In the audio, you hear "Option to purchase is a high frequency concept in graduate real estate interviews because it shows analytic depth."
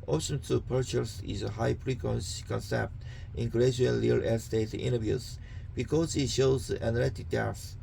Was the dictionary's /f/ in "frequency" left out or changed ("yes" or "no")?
yes